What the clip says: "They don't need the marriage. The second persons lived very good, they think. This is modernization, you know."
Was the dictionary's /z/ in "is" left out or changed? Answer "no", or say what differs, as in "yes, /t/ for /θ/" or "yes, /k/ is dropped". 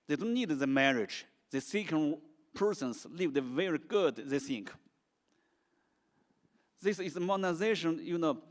yes, /s/ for /z/